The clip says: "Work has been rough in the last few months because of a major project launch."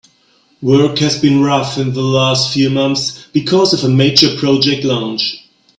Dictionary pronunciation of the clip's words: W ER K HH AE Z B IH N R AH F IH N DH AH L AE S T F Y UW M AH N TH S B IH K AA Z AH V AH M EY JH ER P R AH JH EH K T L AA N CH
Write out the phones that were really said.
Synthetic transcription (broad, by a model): W ER K HH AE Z B IH N R AH F IH N DH AH L AE S T F Y UW M AH N TH S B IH K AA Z AH V AH M EY JH ER P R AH JH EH K T L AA N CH